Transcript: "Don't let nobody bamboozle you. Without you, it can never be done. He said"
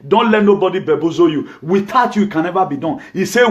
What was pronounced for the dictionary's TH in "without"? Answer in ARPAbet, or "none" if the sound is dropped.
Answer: T